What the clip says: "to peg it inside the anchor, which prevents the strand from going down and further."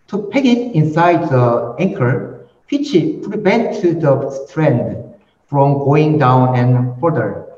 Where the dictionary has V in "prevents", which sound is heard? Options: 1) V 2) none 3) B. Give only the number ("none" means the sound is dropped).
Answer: 3